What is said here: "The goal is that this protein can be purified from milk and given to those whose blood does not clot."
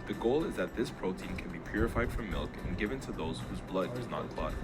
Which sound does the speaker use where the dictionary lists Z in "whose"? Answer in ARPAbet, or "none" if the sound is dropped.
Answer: Z